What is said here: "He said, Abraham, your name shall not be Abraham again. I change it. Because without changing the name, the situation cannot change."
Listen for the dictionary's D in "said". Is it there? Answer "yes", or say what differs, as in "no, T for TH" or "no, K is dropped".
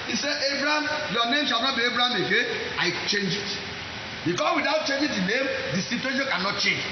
no, D is dropped